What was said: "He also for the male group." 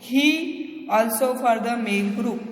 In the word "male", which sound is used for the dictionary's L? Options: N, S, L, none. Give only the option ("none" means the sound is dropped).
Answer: N